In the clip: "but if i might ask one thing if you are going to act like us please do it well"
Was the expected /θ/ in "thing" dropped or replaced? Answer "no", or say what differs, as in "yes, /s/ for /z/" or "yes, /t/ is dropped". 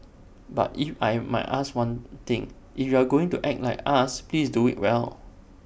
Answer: yes, /t/ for /θ/